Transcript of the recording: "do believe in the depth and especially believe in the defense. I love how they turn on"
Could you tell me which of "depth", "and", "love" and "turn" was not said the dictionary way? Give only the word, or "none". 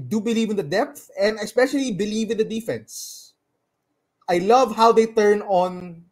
none